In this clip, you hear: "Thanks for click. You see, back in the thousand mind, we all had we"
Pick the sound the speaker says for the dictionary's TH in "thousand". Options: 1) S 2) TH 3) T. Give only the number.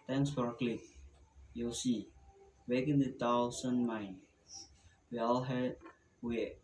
3